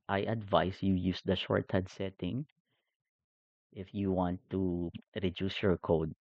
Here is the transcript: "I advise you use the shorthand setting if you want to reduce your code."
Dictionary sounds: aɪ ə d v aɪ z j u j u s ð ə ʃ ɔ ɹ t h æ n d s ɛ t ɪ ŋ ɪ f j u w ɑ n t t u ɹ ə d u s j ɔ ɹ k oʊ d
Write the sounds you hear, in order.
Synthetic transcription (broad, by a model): aɪ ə d v aɪ s j u j u s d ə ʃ ɔ ɹ t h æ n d s ɛ t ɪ ŋ ɪ f j u w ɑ n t t u ɹ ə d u s j ɔ ɹ k oʊ d